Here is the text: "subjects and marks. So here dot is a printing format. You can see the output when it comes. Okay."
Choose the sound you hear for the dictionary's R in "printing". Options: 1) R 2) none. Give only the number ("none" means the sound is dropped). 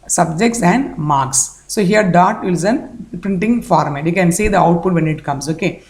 1